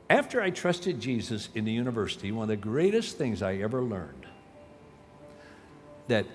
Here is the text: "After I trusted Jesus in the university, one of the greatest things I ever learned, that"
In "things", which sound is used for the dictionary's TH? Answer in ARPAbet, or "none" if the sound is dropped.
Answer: TH